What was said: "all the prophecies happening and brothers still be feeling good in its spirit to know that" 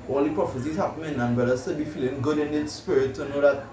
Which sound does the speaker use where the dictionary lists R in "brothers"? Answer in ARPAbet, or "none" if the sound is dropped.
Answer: none